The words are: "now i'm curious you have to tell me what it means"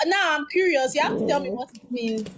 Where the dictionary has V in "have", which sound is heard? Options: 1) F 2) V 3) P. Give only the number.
1